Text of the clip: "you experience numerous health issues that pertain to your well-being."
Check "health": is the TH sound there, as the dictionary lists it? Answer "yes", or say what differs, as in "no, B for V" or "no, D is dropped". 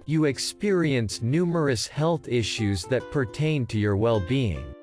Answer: yes